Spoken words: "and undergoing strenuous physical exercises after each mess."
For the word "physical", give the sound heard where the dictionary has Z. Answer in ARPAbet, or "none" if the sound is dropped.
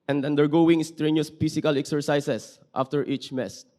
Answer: S